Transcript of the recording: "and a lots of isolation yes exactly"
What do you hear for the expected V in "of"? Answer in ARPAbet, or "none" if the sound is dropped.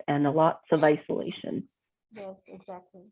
V